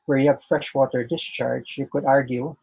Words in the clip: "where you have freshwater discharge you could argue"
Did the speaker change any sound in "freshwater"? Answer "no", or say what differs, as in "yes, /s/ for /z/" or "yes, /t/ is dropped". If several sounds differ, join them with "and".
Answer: no